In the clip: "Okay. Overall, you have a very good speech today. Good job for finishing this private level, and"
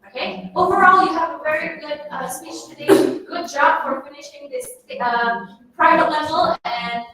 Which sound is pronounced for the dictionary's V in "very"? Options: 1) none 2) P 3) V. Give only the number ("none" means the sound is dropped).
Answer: 3